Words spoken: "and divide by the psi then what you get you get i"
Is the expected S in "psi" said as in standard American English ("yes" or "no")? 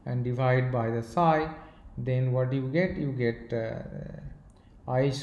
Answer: yes